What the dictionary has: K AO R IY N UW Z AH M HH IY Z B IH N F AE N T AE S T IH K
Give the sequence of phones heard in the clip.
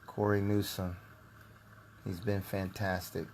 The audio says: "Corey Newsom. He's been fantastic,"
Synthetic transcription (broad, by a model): K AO R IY N UW S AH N HH IY Z B IH N F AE N T AE S T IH K